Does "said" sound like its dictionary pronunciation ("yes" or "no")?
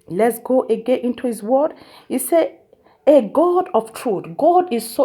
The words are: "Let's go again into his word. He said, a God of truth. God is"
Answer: no